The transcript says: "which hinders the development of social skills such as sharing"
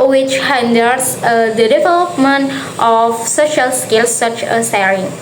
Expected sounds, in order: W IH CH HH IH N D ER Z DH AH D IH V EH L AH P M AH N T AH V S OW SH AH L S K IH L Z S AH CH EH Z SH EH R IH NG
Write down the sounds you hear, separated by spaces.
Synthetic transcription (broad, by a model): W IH CH HH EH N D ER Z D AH D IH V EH L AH P M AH N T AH F S OW SH AH L S K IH L S AH CH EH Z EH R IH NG